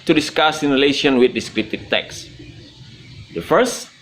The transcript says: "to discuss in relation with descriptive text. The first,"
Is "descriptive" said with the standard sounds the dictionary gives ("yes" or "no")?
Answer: no